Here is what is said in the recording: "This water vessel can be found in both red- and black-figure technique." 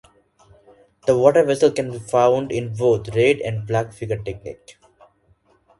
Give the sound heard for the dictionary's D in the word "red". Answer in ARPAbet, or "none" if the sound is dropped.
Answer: D